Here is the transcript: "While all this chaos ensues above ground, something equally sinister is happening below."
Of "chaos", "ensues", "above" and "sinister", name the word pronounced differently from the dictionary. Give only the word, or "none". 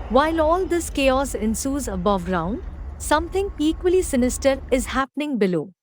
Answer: none